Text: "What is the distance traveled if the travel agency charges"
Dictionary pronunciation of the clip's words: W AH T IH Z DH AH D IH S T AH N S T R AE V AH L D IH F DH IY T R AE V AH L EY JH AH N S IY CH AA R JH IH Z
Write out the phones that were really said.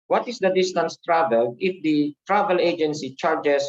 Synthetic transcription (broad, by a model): W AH T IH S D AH D IH S T AH N S T R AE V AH L IH F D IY T R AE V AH L EY JH AH N S IY CH AA R JH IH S